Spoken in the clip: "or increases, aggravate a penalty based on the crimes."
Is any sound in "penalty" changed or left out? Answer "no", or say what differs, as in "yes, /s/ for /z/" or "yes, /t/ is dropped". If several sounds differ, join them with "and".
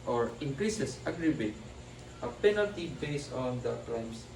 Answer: no